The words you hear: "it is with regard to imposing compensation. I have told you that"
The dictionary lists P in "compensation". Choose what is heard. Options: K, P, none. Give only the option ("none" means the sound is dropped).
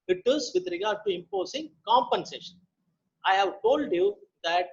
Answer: P